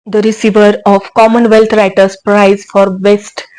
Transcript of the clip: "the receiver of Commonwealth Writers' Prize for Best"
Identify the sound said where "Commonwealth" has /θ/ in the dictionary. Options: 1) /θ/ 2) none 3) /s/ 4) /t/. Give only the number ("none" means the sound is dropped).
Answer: 4